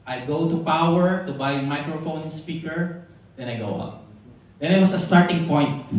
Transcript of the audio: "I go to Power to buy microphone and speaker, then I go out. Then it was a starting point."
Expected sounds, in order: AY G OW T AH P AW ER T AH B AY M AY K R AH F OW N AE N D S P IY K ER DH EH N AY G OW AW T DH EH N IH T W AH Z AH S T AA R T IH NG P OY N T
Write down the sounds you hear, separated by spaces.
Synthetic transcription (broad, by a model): AY G OW T AH P AW ER T AH B AY M AY K R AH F OW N N S P IY K ER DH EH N AY G OW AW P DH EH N IH T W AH S AH S T AA R T IH NG P OY N T